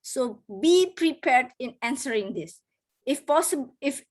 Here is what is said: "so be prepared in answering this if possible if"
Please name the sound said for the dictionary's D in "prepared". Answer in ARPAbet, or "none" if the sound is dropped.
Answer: D